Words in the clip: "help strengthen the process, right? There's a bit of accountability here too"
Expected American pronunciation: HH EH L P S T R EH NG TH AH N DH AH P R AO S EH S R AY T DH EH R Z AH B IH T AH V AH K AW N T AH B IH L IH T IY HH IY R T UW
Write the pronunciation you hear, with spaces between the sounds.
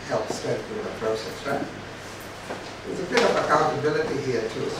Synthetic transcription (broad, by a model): HH EH L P S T EH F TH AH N DH AH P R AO S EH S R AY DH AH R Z AH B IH T AH V AH K AW N T AH B IH L IH T IY HH IY R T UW